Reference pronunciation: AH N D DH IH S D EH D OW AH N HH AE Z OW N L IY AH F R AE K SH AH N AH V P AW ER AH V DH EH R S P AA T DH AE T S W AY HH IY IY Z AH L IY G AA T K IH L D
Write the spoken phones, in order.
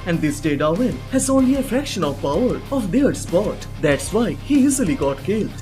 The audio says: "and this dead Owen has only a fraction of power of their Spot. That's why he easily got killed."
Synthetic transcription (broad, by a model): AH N D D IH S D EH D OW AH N HH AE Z OW N L IY AH F R AE K SH AH N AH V P AW ER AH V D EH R S P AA T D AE T S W AY HH IY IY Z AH L IY G AA T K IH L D